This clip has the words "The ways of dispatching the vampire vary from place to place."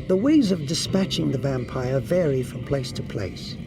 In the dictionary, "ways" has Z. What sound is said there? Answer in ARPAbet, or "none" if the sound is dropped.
Z